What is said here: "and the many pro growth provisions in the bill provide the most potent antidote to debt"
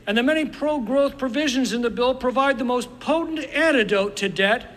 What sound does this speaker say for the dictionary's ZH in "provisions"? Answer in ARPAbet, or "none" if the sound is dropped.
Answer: ZH